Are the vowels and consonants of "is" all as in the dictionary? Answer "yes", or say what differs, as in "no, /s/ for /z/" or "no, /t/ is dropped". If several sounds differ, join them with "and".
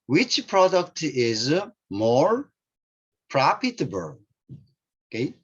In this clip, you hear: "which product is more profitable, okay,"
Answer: yes